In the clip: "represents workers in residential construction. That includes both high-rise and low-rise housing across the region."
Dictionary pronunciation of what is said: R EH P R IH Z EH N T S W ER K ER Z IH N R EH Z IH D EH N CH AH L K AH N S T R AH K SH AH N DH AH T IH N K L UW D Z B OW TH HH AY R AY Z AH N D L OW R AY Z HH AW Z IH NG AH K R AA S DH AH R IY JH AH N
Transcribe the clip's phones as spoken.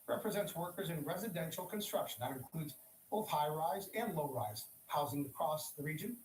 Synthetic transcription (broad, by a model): R EH P R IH Z EH N T S W ER K ER Z IH N R EH Z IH D EH N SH L K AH N S T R AH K SH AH N DH AH T IH N K L UW D Z B OW TH HH AY R AY Z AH N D L OW R AY Z HH AW Z IH NG AH K R AA S DH AH R IY JH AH N